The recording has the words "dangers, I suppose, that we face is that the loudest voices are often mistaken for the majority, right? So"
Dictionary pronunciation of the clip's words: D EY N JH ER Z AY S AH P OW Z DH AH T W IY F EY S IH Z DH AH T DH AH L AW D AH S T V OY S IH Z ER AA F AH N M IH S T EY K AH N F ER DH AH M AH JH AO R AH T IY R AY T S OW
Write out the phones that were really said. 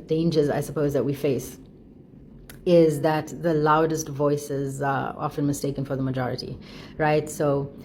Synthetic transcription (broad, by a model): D EY N JH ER Z AY S AH P OW Z DH AH T W IY F EY S IH Z DH AH T DH AH L AW D AH S T V OY S IH Z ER AA F AH N M IH S T EY K AH N F ER DH AH M AH JH AO R AH T IY R AY T S OW